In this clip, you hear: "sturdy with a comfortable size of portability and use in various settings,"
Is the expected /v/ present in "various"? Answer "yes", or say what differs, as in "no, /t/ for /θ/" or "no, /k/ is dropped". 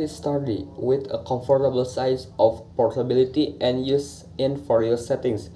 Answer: no, /f/ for /v/